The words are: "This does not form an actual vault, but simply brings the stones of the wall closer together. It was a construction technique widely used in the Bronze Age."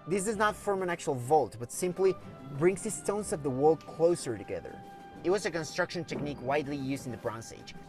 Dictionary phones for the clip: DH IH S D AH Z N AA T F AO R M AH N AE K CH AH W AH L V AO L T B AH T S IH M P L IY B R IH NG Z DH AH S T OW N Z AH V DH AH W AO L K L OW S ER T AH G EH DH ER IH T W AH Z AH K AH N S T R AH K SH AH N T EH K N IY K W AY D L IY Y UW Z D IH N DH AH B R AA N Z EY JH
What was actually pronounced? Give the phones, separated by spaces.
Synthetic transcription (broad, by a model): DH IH S D AH Z N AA T F AO R M AH N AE K CH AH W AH L V AO L T B AH T S IH M P L IY B R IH NG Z DH AH S T OW N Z AH V DH AH W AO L K L OW S ER T AH G EH DH ER IH T W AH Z AH K AH N S T R AH K SH AH N T EH K N IY K W AY D L IY Y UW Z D IH N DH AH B R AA N S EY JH